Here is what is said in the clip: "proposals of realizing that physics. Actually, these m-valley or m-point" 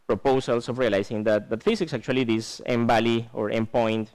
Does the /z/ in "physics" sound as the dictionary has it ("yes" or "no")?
no